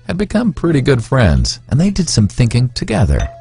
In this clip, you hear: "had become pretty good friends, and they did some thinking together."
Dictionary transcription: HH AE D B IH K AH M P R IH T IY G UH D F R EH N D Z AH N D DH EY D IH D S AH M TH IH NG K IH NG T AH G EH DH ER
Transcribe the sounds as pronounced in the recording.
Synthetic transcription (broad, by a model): HH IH D B IH K AH M P R IH T IY G UH D F R EH N D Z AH N DH EY D IH D S AH M TH IH NG K IH NG T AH G EH DH ER